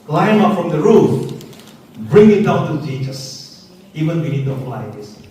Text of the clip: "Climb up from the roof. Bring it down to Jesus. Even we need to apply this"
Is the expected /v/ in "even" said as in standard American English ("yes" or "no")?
yes